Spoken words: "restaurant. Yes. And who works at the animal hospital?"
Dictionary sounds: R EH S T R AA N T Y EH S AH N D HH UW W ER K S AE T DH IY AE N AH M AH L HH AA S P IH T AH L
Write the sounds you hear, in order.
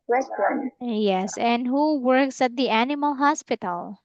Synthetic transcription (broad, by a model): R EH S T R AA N Y EH S AH N D HH UW W ER K S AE T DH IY AE N AH M AH L HH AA S P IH T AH L